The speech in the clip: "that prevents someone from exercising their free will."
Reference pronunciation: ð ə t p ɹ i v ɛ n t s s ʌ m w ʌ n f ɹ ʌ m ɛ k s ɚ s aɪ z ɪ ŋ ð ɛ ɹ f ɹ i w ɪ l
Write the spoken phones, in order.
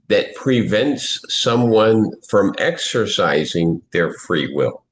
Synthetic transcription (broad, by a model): ð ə t p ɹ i v ɛ n t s s ʌ m w ʌ n f ɹ ʌ m ɛ k s ɚ s aɪ z ɪ ŋ ð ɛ ɹ f ɹ i w ɪ l